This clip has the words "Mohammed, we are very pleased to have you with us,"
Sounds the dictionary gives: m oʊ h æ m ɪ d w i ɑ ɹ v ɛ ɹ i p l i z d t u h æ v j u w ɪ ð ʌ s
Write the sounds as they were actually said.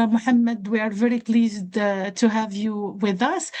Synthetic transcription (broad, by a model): m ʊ h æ m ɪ d w i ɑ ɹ v ɛ ɹ i p l i z d t u h æ v j u w ɪ ð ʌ s